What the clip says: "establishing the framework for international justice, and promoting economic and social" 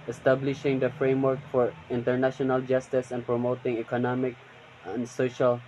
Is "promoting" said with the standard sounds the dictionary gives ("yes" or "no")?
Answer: yes